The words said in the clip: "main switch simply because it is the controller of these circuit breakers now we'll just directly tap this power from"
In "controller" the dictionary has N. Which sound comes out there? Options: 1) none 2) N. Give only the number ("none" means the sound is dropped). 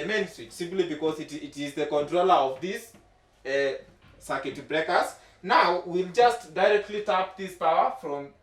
2